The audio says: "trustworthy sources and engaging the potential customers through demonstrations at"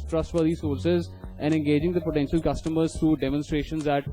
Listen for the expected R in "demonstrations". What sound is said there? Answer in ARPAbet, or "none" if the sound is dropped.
R